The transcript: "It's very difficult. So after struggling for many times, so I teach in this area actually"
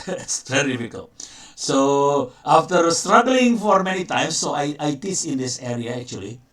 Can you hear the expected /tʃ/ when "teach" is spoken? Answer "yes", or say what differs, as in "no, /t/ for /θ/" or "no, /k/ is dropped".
no, /s/ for /tʃ/